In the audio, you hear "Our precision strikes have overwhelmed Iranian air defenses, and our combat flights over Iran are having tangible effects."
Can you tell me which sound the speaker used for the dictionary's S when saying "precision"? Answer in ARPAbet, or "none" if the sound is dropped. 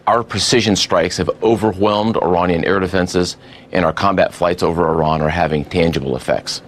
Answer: S